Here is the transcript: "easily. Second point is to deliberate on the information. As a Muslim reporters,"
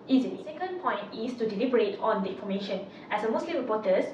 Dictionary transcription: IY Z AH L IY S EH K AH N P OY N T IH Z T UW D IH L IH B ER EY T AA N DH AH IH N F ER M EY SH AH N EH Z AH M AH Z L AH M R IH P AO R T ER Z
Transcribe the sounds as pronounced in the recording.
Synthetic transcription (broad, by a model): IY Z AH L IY S EH K AH N P OY N T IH S T UW D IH L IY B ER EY T AA N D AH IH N F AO M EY SH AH N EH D AH M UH S L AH M R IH P AO T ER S